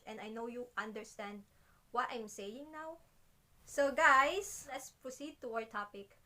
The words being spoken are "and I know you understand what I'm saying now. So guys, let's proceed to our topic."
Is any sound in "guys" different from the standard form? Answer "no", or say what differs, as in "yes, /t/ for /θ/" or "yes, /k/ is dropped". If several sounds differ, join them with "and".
yes, /s/ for /z/